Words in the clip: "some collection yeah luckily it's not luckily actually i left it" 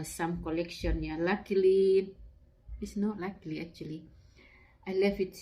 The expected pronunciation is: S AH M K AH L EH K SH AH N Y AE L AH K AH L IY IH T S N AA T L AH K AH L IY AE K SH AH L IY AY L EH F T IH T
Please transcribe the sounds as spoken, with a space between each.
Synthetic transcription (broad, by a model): S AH M K AH L EH K SH AH N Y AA L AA K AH L IY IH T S N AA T L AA K L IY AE K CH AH L IY AY L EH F IH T